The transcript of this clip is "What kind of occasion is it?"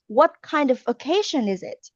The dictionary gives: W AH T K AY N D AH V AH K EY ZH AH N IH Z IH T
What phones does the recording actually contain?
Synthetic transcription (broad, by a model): W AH T K AY N D AH V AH K EY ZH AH N IH Z IH T